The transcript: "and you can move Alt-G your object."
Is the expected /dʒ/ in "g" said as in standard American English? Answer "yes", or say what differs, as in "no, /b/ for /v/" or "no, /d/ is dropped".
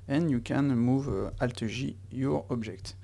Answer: no, /ʒ/ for /dʒ/